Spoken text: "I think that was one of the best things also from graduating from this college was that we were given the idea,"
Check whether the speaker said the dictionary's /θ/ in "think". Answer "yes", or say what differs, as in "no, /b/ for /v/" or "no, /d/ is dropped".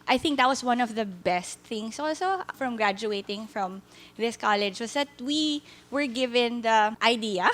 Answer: yes